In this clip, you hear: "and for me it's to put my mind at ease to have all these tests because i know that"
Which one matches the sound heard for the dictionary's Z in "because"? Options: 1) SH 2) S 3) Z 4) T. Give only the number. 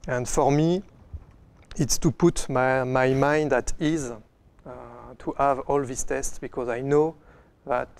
3